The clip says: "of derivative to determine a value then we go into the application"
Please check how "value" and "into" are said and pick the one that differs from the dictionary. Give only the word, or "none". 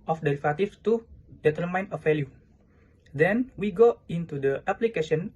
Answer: value